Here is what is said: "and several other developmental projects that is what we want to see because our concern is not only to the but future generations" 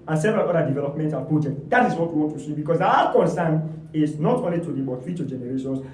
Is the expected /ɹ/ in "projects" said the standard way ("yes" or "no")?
no